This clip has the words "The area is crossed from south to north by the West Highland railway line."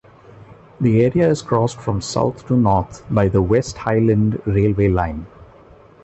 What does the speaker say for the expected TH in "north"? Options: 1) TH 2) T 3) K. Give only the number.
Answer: 2